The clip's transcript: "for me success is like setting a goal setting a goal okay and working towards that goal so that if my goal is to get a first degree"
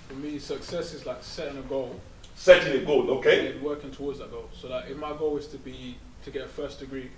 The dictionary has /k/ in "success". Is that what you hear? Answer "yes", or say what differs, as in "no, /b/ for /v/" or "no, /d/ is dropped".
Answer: yes